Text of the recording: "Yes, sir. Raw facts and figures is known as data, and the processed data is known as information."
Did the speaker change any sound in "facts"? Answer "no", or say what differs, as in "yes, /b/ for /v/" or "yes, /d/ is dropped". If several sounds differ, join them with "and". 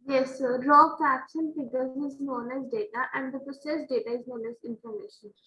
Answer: yes, /ʃ/ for /s/